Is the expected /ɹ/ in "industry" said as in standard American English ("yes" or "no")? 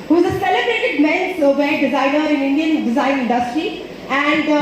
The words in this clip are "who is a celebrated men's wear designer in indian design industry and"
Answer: yes